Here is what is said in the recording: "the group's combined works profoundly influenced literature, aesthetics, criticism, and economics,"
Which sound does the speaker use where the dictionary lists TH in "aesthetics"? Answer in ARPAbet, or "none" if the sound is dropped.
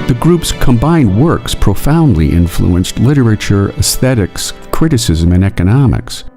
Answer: TH